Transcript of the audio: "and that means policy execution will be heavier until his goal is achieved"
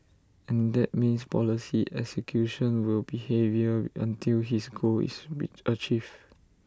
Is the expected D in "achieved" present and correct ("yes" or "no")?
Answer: no